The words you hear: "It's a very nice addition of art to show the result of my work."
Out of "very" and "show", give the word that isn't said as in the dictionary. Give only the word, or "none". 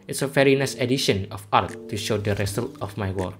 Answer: very